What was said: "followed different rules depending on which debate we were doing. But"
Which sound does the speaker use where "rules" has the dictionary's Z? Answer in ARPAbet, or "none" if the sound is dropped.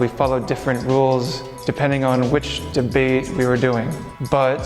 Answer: Z